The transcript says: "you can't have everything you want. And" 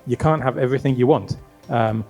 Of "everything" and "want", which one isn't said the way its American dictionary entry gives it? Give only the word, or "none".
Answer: none